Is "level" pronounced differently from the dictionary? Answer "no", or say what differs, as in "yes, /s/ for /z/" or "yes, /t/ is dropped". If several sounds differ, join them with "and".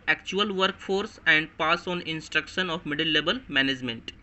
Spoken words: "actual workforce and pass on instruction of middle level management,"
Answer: yes, /b/ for /v/